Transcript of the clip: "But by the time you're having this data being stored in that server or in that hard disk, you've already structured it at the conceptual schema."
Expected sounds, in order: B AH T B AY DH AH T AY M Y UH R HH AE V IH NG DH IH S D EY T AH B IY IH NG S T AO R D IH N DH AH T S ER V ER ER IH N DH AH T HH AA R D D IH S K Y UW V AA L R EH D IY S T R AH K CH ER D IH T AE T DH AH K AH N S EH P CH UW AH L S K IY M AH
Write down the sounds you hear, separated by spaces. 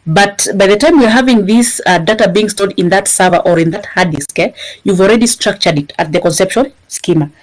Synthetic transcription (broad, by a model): B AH T B AY DH AH T AY M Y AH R HH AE V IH NG DH IH S D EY T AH B IY IH NG S T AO L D IH N DH AH T S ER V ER ER IH N DH AH T HH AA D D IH S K Y UW V AA L R EH D IY S T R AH K CH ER D IH T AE T DH AH K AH N S EH P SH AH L S K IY M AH